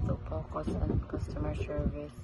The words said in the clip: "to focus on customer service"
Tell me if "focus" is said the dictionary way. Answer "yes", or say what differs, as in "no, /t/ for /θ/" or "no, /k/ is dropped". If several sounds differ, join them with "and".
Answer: no, /p/ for /f/